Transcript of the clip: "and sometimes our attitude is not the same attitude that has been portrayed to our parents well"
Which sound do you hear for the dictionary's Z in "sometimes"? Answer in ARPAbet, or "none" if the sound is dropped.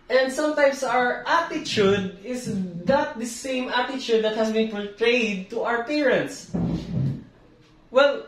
S